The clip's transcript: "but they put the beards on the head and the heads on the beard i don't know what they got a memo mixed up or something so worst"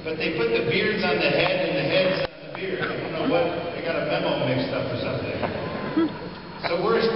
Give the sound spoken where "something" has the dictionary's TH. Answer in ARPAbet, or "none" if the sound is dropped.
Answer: TH